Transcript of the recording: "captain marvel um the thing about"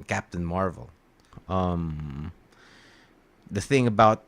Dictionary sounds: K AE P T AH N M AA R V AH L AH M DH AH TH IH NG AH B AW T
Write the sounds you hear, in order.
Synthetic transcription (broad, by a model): K AE P T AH N M AA R V L AH M DH AH TH IH NG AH B AW T